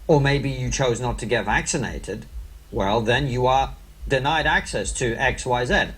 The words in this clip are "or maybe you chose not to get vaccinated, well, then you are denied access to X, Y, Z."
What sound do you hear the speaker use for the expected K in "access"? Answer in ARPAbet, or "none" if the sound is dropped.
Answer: K